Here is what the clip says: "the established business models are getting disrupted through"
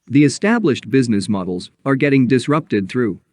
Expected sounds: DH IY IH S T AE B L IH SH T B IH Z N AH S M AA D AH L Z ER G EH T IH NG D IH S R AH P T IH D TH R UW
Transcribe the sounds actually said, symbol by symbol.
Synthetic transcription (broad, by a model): DH IY IH S T AE B L IH SH T B IH Z N AH S M AA D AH L Z ER G EH T IH NG D IH S R AH P T IH D TH R UW